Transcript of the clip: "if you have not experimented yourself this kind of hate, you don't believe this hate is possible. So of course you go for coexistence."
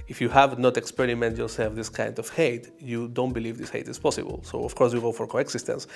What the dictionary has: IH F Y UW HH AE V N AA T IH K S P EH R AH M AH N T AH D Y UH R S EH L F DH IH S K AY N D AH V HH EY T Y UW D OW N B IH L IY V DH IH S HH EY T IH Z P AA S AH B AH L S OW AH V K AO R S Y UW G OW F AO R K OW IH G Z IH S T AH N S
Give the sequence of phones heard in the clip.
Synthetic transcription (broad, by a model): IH F Y UW HH AE V N AA T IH K S P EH R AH M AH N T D Y UH R S EH L F DH IH S K AY N D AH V HH EY T Y UW D OW N B IH L IY V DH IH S HH EY T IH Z P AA S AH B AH L S OW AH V K AO R S Y UW G OW F AO R K OW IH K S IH S T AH N S